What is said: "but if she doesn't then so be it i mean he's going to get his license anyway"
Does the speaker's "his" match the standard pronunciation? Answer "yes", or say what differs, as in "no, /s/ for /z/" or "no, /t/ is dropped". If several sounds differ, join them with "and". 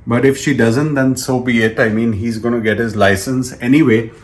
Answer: yes